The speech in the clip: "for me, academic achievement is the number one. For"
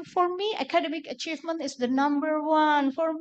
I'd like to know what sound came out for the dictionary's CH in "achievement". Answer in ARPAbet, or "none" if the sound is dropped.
CH